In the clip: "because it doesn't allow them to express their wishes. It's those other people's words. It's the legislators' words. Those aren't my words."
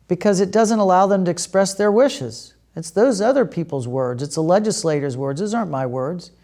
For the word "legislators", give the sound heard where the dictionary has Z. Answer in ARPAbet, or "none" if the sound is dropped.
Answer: Z